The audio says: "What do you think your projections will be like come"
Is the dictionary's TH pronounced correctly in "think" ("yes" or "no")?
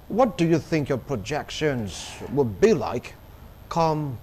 yes